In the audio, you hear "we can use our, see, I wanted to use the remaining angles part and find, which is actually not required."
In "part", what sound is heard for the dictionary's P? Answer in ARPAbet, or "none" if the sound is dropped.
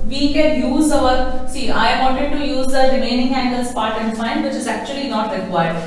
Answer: P